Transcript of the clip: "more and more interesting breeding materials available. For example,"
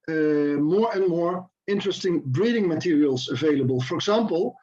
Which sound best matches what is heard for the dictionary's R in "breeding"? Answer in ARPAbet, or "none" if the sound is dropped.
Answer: R